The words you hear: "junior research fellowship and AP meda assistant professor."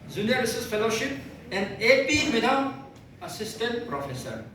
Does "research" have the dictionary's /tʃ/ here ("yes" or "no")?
no